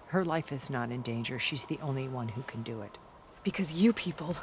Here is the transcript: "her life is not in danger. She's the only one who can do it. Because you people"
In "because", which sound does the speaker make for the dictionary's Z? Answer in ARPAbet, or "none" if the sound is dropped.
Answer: Z